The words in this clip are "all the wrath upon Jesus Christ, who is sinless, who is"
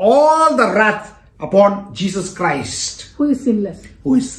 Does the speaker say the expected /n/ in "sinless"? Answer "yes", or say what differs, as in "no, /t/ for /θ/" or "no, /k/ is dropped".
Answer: no, /n/ is dropped